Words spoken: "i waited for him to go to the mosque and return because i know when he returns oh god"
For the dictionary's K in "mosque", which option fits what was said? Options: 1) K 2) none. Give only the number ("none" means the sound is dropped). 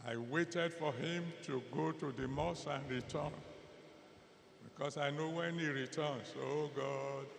2